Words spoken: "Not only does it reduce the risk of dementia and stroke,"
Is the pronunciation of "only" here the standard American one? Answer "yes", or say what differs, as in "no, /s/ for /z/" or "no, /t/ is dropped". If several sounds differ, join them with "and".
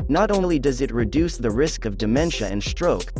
no, /l/ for /n/